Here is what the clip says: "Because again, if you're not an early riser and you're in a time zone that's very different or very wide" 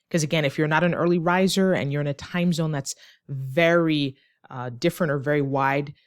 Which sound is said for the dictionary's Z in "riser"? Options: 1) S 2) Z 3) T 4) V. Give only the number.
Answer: 2